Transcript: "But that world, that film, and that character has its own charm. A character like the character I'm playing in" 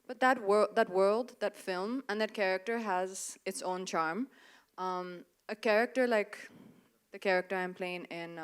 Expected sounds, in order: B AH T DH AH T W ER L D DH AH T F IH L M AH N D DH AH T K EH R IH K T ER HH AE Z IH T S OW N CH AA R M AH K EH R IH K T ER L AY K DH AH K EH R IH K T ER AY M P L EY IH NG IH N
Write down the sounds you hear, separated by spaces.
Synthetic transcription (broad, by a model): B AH T DH AH T W ER L D DH AH T F IH L M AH N DH AH T K EH R IH K T ER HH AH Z IH T S OW N CH AA R M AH K EH R IH K T ER L AY K DH AH K EH R IH K T ER AY M P L EY IH NG IH N